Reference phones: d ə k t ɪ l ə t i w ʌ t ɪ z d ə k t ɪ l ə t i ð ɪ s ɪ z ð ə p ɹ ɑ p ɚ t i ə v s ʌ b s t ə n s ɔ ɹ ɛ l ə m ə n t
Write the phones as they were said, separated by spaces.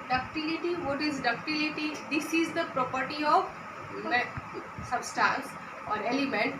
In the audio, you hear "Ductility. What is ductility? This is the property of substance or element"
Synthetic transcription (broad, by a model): d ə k t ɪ l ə t i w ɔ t ɪ z d ə k t ɪ l ə t i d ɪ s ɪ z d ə p ɹ ɑ p ɚ t i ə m s ʌ b s t ə n s ɔ ɹ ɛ l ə m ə n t